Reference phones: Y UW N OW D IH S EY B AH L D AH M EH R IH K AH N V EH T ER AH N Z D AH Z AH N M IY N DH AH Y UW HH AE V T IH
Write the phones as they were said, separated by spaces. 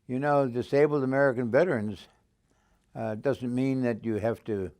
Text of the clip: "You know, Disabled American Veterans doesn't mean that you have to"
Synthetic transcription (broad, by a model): Y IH N OW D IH S EY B L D AH M EH R IH K AH N V EH T ER AH N Z D AH Z AH N M IY N DH AH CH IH HH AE F T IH